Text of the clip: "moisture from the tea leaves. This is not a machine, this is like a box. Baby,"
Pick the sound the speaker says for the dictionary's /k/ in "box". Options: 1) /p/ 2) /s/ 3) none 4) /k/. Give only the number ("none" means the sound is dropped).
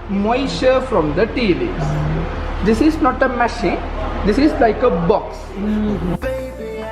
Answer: 4